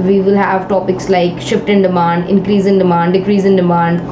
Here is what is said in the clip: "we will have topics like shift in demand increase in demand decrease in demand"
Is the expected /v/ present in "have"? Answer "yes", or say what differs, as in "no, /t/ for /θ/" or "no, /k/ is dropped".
yes